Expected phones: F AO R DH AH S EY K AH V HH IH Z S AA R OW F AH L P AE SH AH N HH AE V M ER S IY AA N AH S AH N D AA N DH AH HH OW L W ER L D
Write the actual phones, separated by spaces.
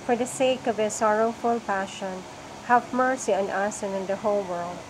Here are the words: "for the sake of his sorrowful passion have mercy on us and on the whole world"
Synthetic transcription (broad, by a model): F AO R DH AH S EY K AH V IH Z S AA R OW F AH L P AE SH AH N HH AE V M ER S IY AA N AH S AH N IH N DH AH HH OW L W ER L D